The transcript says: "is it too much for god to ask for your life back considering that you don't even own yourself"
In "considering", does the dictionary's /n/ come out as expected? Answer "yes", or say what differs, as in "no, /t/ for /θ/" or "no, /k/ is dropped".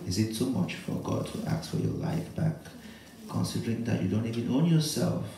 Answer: yes